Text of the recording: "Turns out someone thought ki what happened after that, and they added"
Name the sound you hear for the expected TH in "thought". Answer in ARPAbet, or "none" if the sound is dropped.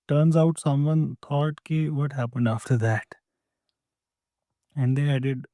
T